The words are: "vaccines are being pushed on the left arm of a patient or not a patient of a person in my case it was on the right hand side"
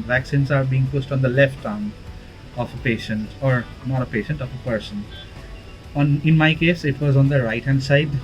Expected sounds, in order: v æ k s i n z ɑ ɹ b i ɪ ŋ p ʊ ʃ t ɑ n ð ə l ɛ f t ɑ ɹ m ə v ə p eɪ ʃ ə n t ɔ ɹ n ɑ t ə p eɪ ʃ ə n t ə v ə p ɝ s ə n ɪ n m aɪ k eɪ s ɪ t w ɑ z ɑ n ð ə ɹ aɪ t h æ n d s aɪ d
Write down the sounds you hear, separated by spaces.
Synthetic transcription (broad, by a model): v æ k s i n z ɑ ɹ b i ɪ ŋ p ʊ s t ɑ n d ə l ɛ f t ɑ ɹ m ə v ə p eɪ ʃ ə n t ɔ ɹ n ɑ t ə p eɪ ʃ ə n t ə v ə p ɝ s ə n ɪ n m aɪ k eɪ s ɪ t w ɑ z ɑ n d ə ɹ aɪ t h æ n d s aɪ d